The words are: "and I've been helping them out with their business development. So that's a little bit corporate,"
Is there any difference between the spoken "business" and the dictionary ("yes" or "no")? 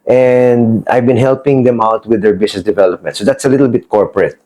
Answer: yes